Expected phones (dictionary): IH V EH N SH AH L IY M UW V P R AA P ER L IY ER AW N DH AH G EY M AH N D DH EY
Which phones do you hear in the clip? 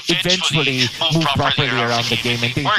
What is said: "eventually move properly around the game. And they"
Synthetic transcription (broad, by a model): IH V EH N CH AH L IY M UW V P R AA P ER L IY ER AW N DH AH G EY M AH N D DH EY